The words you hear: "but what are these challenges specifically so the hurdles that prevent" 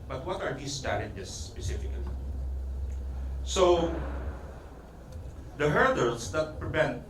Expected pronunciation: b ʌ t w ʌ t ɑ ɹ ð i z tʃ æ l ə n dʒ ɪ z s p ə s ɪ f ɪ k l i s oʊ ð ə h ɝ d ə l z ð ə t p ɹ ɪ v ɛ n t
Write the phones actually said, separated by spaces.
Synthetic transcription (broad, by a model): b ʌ t w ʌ t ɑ ɹ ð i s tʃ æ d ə dʒ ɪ s p ə s ɪ f ɪ k l i s oʊ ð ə h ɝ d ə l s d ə t p ɹ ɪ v ɛ n t